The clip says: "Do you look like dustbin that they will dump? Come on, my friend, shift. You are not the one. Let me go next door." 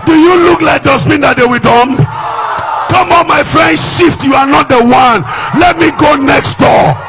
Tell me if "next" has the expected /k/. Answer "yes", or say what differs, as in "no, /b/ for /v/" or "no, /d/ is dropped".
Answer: yes